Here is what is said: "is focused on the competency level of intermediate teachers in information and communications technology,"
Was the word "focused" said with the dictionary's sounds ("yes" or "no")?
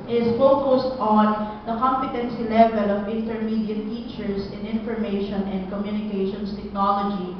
yes